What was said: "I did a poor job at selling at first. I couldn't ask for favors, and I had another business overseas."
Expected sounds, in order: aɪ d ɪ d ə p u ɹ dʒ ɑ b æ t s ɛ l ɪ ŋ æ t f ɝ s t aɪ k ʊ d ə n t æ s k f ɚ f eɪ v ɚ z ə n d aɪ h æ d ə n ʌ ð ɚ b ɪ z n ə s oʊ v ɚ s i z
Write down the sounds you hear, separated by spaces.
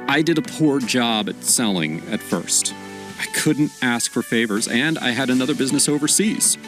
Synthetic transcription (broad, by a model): aɪ d ɪ d ə p u ɹ dʒ ɑ b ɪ t s ɛ l ɪ ŋ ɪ t f ɝ s t aɪ k ʊ d n t æ s k f ɚ f eɪ v ɚ z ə n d aɪ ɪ d ə n ʌ ð ɚ b ɪ z n ə s oʊ v ɚ s i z